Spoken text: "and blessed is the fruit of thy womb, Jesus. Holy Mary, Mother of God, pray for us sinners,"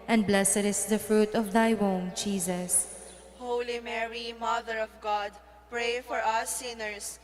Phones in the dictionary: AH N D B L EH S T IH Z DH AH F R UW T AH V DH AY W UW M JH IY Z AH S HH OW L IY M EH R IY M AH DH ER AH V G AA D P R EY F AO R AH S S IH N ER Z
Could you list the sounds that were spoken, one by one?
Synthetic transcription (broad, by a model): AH N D B L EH S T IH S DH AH F R UW T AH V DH AY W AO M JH IY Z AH S HH OW L IY M EH R IY M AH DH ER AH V G AA D P R EY F AO R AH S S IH N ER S